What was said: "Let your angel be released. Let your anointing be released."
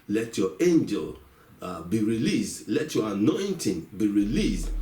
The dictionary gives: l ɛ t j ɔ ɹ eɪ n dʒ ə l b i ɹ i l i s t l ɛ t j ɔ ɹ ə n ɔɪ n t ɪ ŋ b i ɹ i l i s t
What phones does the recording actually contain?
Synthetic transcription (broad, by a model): l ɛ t j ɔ eɪ n dʒ ə l b i ɹ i l i s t l ɛ t j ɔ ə n ɔɪ n t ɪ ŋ b i ɹ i l i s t